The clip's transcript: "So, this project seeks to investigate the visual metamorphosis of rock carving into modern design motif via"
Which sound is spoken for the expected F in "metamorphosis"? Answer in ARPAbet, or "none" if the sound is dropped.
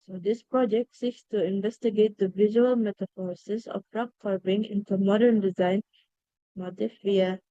none